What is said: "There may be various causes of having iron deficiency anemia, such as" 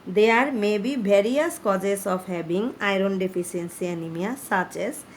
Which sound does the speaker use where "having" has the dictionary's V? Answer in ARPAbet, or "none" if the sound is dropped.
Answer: B